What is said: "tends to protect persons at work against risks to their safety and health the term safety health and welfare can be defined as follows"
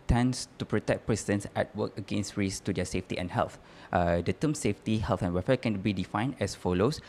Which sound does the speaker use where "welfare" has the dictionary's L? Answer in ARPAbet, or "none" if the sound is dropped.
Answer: none